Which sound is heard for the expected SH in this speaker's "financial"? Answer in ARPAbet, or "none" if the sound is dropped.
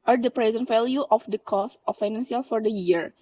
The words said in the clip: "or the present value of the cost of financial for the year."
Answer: S